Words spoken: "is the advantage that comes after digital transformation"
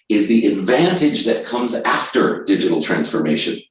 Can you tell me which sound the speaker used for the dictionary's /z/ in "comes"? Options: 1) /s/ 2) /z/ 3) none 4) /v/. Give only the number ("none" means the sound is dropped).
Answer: 2